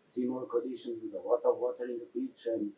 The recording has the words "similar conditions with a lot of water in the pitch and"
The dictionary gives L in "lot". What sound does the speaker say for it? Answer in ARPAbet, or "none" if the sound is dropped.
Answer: W